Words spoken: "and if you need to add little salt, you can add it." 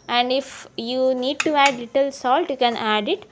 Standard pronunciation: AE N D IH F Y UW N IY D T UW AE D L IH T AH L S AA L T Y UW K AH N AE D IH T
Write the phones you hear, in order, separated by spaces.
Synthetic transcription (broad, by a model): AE N D IH F Y UW N IY D T UW AE D L IH T AH L S AA L T Y UW K AH N AE D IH T